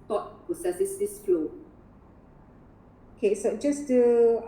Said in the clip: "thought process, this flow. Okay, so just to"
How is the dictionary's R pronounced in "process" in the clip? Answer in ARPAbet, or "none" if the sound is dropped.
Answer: none